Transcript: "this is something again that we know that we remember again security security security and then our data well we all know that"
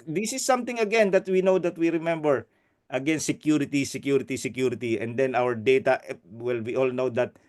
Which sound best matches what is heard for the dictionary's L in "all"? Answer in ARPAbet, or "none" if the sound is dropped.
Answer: L